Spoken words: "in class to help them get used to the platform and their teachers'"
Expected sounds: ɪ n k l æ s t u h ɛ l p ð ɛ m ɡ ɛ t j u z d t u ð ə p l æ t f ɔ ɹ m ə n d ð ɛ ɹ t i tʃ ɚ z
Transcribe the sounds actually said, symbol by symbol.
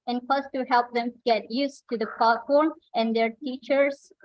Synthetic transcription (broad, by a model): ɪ n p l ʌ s t u h ɛ l p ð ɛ m ɡ ɛ t j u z t u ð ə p ɑ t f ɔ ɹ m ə n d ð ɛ ɹ t i tʃ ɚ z